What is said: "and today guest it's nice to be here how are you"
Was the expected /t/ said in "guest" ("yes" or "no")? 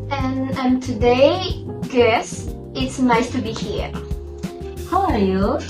no